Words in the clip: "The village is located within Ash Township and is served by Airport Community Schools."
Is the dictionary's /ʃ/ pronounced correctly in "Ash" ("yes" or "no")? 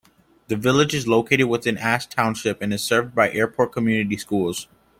no